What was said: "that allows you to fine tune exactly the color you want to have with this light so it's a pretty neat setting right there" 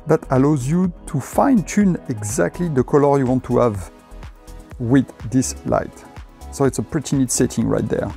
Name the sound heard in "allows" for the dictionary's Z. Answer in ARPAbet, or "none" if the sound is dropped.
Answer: Z